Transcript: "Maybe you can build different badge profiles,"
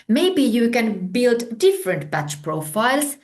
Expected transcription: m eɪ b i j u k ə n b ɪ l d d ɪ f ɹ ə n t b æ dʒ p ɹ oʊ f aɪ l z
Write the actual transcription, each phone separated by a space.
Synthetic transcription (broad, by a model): m eɪ b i j u k ə n b ɪ l d d ɪ f ɹ ə n t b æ tʃ p ɹ oʊ f aɪ l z